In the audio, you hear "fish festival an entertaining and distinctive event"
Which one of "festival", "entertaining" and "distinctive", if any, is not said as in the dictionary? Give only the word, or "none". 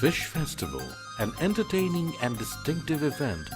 none